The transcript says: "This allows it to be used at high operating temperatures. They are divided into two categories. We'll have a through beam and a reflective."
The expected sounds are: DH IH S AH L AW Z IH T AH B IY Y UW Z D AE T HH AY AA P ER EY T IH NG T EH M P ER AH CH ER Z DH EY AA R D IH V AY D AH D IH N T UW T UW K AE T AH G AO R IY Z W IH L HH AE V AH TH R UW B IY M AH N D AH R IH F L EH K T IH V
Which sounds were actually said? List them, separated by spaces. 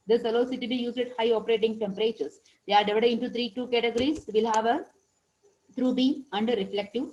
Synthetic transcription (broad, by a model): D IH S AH L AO S IH T AH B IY Y UW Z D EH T HH AY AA P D EY T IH NG T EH M P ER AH CH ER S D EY AA R D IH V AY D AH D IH N T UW T UW K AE T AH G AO R IY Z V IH L HH AE V AH T R UW B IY AH N D R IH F L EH K T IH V